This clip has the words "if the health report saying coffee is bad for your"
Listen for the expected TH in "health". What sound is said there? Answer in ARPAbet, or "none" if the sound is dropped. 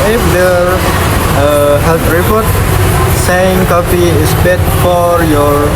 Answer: T